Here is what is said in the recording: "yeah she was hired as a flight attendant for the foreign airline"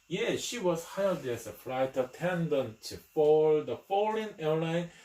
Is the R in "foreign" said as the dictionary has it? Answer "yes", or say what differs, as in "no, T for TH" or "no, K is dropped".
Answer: no, L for R